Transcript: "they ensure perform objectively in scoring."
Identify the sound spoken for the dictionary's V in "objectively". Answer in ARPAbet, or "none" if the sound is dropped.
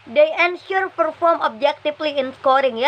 F